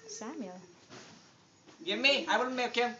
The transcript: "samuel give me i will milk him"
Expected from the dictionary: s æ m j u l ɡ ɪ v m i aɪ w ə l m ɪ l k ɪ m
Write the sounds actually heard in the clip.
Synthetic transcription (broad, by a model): s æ m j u l ɡ ɪ v m i aɪ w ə n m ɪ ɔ k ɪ